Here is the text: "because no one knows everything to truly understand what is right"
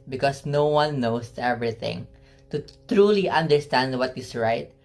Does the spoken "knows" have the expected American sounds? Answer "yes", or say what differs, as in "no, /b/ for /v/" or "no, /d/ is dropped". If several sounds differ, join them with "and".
no, /s/ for /z/